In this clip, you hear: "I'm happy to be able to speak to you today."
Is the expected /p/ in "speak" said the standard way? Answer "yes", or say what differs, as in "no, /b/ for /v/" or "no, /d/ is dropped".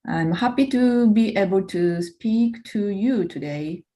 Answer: yes